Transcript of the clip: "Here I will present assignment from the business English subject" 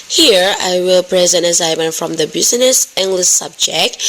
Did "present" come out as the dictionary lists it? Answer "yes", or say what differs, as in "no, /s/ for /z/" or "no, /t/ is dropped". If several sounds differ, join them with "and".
yes